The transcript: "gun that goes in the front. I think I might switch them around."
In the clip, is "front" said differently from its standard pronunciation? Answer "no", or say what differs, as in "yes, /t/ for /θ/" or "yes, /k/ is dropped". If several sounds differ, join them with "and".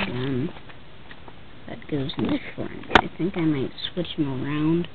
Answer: yes, /t/ is dropped